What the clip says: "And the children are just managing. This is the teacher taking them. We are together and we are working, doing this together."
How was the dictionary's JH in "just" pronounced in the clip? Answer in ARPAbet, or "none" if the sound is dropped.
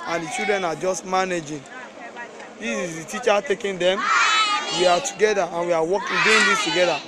JH